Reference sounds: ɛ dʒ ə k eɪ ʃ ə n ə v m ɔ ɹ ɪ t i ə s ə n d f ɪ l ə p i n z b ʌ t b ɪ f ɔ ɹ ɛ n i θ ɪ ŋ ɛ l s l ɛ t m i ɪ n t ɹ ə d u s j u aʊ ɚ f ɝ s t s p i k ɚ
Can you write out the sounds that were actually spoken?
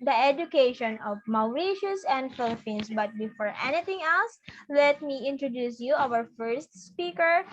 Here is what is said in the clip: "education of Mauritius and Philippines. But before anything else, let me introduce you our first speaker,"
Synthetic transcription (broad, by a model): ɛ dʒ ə k eɪ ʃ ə n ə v m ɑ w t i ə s ə n d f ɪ l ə p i n s b ʌ t b ɪ f ɔ ɹ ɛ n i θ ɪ ŋ ɛ l s l ɛ t m i ɪ n t ɹ ə d u s j u aʊ ɚ f ɝ s t s p i k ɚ